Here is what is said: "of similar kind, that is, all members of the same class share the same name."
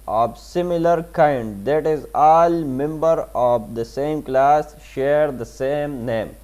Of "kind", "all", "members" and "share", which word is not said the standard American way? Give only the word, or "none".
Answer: members